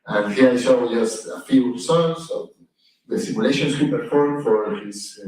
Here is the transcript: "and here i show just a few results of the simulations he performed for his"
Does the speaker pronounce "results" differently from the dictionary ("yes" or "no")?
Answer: yes